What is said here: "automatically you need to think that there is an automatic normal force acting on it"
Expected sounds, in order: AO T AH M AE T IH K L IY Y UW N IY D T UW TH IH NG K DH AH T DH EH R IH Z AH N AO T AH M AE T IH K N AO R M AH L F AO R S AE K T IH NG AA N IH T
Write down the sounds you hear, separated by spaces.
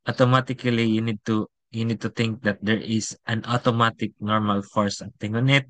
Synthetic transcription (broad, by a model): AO T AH M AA T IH K L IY Y UW N IY D T UW T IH NG K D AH T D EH R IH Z AH N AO T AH M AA T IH K N AO R M AH L F AO R S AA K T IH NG AA N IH T